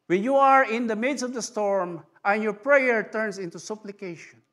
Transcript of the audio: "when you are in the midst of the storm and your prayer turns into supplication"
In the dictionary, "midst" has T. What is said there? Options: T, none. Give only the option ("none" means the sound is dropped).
none